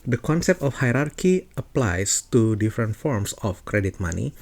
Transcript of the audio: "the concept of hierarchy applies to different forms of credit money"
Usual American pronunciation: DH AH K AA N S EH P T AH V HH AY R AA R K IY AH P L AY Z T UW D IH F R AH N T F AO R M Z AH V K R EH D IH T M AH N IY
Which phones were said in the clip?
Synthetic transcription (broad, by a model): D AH K AA N S EH P T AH F HH AY R AA R K IY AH P L AY S T UW D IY F R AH N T F AO R M S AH F K R EH D IH T M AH N IY